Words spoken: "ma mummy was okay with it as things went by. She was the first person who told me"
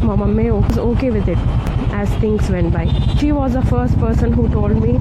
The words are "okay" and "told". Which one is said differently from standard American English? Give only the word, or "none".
none